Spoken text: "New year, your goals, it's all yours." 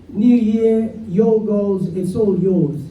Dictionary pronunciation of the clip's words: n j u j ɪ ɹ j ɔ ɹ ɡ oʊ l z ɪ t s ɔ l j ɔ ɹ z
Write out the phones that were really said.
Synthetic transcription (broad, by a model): n j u j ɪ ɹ j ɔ l ɡ oʊ l z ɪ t s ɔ l j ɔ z